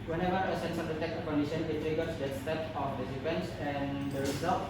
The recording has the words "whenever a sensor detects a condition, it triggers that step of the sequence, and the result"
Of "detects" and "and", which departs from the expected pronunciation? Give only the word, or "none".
detects